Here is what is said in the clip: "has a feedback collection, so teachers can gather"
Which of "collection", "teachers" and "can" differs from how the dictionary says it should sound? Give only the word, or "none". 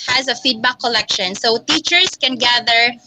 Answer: teachers